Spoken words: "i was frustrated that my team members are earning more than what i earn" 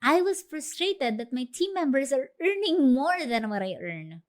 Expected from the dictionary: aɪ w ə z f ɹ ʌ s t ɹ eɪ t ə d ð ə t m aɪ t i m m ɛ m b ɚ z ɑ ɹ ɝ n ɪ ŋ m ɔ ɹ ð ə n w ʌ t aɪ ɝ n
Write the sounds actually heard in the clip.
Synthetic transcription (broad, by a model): aɪ w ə s f ɹ ʌ s t ɹ eɪ t ə d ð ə t m aɪ t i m m ɛ m b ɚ s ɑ ɹ ɝ n ɪ ŋ m ɔ ɹ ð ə n w ʌ t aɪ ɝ n